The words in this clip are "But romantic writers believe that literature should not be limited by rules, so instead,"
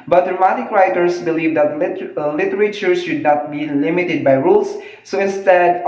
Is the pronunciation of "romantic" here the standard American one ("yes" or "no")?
no